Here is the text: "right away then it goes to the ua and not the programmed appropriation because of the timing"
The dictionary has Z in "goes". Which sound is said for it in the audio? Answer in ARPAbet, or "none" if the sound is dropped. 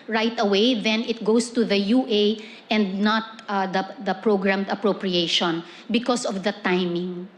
S